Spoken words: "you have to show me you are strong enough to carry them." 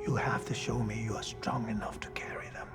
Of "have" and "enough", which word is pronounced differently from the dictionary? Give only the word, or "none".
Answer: have